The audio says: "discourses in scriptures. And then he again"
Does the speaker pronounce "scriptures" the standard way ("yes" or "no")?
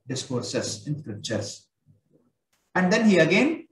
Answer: no